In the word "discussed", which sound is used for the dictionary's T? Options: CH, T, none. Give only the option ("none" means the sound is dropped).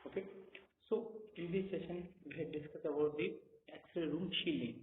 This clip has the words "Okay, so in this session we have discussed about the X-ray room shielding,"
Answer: none